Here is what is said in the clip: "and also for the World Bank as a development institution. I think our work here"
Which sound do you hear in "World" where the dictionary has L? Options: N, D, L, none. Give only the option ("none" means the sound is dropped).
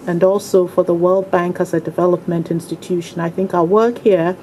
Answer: L